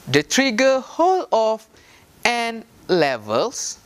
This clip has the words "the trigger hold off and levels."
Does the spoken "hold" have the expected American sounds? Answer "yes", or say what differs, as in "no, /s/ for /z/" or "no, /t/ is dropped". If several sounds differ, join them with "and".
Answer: no, /d/ is dropped